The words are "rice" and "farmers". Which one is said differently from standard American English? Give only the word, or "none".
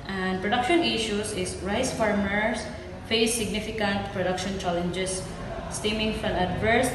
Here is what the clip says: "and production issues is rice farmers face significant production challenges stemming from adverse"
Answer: farmers